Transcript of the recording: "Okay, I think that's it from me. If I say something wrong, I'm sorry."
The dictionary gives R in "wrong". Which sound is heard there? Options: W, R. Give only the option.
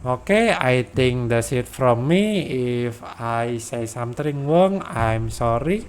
W